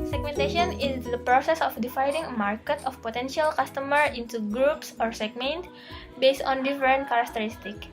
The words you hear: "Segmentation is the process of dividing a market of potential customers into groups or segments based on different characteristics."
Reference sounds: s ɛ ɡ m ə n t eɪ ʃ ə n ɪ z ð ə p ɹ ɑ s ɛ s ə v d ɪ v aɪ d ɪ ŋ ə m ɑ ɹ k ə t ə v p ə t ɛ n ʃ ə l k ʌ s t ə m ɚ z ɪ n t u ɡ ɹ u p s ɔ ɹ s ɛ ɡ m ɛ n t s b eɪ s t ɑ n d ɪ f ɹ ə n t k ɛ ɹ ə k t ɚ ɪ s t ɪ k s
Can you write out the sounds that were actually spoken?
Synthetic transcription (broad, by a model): s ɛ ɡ m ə n t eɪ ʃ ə n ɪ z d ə p ɹ ɑ s ɛ s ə f d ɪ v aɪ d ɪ ŋ ə m ɑ ɹ k ə t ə f p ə t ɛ n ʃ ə l k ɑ s t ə m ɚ ɪ n t u ɡ ɹ u p s ɔ ɹ s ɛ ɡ m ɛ n t b eɪ s t ɑ n d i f ɹ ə n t k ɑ ɹ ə k t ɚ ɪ s t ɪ k